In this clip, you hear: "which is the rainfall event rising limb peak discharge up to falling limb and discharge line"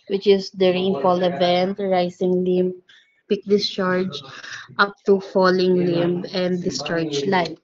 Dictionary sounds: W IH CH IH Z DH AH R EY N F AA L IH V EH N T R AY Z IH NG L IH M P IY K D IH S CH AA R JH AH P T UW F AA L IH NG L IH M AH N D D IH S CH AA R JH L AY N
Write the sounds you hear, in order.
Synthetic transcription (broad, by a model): W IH CH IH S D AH R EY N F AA L IH V EH N T R AY S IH NG L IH M P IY K D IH S CH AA R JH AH P T UW F AA L IH NG L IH M AH N D D IH S CH AA R JH L AY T